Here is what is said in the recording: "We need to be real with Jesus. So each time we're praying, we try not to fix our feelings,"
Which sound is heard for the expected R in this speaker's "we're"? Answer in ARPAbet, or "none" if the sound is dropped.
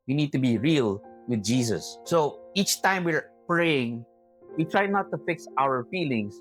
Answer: R